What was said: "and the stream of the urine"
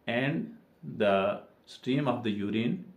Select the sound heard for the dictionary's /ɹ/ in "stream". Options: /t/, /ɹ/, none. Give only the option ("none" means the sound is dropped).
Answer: /ɹ/